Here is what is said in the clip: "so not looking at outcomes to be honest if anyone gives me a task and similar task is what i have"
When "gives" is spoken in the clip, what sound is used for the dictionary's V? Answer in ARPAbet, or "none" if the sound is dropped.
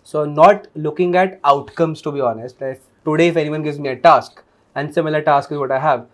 V